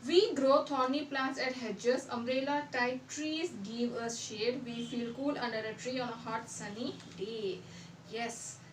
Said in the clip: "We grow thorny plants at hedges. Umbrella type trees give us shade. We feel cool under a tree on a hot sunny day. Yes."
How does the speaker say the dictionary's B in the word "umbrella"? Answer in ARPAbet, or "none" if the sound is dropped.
none